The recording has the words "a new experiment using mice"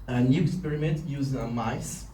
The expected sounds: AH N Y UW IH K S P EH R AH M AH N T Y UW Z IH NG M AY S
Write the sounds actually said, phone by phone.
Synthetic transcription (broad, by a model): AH N Y UW IH K S P EH R AH M AH N T Y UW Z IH M AY S